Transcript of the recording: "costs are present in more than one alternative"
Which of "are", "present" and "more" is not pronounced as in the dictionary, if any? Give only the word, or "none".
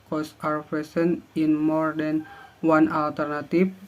present